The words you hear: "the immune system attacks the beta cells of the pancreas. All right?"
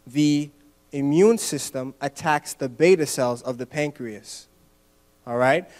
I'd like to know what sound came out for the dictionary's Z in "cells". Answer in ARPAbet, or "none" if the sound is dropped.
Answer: Z